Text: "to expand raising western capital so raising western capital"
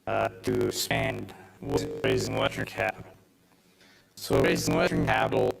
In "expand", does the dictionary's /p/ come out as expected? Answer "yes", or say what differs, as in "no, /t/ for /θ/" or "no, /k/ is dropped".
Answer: no, /p/ is dropped